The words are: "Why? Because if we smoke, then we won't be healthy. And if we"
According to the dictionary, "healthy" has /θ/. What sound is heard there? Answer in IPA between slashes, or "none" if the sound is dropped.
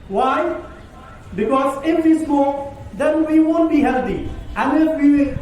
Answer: /t/